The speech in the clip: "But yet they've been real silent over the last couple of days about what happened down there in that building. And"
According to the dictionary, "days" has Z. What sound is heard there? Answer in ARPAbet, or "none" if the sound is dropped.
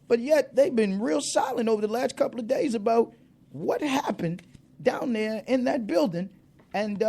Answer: Z